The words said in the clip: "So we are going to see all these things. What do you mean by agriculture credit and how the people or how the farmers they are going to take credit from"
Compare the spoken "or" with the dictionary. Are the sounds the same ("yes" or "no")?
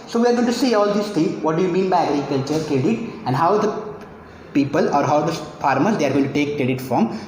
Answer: yes